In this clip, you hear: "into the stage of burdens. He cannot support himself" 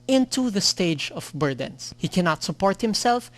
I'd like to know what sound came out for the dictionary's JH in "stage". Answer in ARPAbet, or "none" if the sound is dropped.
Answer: JH